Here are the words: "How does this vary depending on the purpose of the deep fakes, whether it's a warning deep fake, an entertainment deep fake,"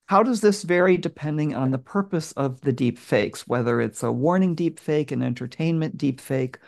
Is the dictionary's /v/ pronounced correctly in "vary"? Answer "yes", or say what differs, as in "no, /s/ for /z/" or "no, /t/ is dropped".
yes